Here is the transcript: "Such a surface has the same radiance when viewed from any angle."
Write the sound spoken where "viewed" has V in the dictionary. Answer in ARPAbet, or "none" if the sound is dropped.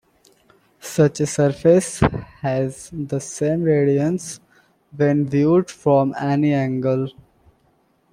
V